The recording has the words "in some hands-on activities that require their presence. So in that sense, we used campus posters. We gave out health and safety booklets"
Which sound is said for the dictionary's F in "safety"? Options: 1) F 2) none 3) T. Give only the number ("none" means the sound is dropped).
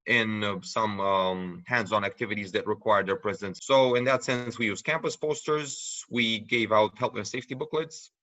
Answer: 1